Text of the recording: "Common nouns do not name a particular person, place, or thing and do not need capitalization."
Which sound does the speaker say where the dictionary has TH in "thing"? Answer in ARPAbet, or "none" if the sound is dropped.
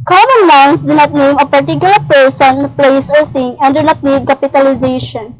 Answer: T